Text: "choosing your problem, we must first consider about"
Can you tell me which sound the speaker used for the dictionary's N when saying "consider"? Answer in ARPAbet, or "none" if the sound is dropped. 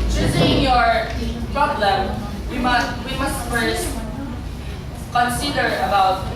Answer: N